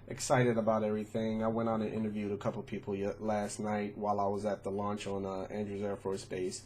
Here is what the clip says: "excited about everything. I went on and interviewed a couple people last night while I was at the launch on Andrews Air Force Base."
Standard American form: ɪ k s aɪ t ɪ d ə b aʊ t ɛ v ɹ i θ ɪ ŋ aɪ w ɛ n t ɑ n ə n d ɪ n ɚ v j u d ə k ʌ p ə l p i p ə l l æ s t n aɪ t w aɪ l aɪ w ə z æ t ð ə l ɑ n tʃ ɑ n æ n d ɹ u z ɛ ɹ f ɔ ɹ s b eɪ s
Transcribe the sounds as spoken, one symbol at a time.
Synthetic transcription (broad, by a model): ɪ k s aɪ t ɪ d ə b aʊ t ɛ v ɹ i θ ɪ ŋ aɪ w ɛ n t n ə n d ɪ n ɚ v j u d ə k ʌ p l p i p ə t l æ s t n aɪ t w aɪ l aɪ w ə z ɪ t ð ə l ɑ n tʃ n æ n d ɹ u z ɛ ɹ f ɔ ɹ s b eɪ s